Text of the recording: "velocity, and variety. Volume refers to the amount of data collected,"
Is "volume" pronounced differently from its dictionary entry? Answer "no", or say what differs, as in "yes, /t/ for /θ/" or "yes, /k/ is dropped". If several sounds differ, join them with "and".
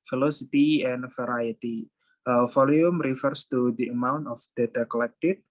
yes, /f/ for /v/